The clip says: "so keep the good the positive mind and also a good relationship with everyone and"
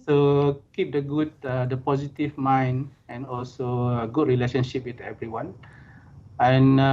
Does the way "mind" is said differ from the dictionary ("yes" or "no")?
yes